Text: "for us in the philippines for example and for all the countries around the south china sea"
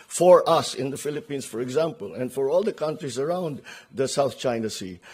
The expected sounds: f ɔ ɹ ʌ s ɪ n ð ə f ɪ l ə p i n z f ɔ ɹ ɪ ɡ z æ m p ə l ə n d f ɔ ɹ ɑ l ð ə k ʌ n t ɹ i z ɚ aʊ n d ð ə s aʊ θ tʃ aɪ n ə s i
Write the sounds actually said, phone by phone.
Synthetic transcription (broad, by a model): f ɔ ɹ ʌ s ɪ n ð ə f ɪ l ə p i n s f ɔ ɹ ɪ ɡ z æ m p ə l ə n d f ɔ ɹ ɑ l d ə k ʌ n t ɹ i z ɚ aʊ n d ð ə s aʊ θ tʃ aɪ n ə s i